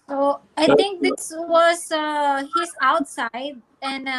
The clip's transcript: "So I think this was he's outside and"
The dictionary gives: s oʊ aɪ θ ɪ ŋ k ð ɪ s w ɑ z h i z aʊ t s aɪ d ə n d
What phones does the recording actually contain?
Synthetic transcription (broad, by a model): s oʊ aɪ t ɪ ŋ k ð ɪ s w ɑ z h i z aʊ t s aɪ d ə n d